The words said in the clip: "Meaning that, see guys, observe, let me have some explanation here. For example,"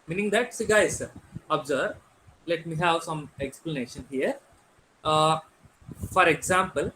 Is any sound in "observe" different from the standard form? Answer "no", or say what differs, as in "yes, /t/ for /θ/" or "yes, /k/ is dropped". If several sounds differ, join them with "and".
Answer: yes, /b/ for /v/